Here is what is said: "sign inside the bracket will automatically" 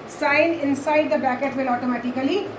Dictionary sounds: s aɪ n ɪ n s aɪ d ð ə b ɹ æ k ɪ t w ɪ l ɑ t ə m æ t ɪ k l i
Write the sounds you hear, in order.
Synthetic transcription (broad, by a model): s aɪ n ɪ n s aɪ d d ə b æ k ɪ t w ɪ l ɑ t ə m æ t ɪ k l i